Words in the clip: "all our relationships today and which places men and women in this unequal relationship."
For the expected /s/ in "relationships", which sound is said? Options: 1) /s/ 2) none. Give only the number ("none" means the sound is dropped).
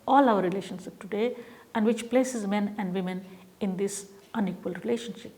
2